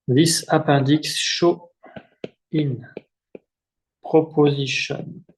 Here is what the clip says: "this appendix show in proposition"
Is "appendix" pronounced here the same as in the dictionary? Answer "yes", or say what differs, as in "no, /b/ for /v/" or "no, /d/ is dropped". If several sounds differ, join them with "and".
no, /n/ is dropped